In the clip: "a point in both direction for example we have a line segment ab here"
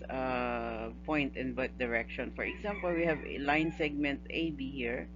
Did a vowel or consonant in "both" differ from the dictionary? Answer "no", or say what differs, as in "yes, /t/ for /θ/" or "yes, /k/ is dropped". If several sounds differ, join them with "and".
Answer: yes, /t/ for /θ/